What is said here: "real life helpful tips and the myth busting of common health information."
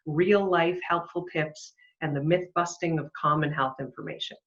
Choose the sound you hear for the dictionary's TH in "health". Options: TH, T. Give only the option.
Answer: TH